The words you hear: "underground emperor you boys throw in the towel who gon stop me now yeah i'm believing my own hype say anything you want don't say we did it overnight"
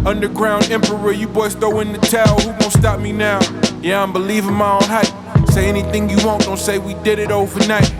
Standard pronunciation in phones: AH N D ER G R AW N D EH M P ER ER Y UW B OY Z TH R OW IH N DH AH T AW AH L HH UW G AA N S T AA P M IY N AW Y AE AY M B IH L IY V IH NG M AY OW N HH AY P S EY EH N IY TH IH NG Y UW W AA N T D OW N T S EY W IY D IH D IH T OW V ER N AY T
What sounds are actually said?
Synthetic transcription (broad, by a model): AH N D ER G R AW N D EH M P ER ER Y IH B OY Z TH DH OW IH N DH AH T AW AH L HH UW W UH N S T AA P M IY N AW Y AE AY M B IH L IY V IH NG M AY OW N HH AY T S EY EH N IY TH IH NG Y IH W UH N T D OW N T S EY W IY D IH D IH T OW V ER N AY T